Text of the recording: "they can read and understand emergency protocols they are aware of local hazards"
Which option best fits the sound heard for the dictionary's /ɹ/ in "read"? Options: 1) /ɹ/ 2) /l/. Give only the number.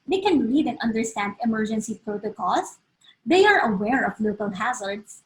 2